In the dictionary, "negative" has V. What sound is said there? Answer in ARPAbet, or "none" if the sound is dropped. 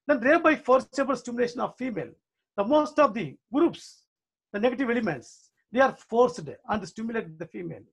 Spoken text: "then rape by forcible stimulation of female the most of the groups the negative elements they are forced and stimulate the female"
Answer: V